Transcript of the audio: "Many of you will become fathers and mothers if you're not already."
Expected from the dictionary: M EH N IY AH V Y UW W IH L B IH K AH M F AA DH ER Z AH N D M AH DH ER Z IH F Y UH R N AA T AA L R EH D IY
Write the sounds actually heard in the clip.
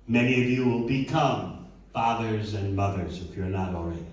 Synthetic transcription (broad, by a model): M EH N IY AH V Y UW W IH L B IH K AH M F AA DH ER Z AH N M AH DH ER Z IH F Y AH R N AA T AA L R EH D